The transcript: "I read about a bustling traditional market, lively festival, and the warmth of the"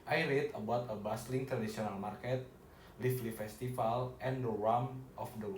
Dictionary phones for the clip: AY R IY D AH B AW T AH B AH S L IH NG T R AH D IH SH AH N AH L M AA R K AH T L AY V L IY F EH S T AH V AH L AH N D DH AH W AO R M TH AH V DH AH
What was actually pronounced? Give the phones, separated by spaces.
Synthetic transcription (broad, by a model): AY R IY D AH B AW T AH B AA S L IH NG T R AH D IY S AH N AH L M AA R K AH T L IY F L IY F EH S T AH F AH L AH N D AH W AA M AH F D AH